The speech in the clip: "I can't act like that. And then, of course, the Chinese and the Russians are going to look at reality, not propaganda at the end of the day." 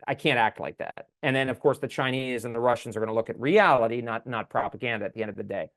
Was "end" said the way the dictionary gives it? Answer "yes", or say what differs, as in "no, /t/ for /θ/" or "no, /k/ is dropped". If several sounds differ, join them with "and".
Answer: yes